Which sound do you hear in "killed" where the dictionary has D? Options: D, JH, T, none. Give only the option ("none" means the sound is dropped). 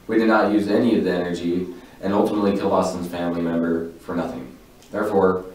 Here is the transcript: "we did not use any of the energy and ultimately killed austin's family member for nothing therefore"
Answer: none